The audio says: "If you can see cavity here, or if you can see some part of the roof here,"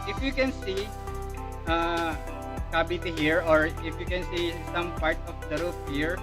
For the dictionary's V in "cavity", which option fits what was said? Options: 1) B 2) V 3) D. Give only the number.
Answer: 1